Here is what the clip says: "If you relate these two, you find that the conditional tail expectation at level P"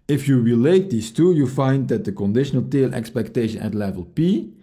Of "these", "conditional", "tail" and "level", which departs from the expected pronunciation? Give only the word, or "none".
these